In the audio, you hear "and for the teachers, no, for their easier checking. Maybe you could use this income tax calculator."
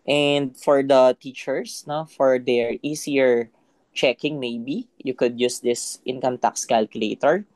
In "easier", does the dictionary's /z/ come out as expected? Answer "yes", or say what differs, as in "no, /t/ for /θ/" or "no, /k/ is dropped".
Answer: no, /s/ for /z/